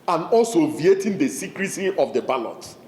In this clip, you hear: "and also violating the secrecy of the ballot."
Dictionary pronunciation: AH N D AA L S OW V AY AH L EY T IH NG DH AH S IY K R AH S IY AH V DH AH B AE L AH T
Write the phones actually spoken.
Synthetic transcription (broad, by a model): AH N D AA L S OW V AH EY T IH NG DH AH S IY K R AH S IY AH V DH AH B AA L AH T